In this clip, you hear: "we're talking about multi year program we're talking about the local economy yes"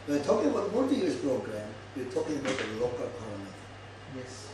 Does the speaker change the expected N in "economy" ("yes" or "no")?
yes